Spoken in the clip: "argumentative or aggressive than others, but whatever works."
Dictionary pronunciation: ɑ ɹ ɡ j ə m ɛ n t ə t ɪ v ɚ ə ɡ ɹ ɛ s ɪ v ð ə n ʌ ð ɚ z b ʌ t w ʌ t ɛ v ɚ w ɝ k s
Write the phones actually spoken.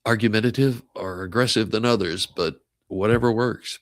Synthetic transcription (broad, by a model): ɑ ɹ ɡ j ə m ɛ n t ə t ɪ v ɚ ə ɡ ɹ ɛ s ɪ v ð ə n ʌ ð ɚ z b ʌ t w ʌ t ɛ v ɚ w ɝ k s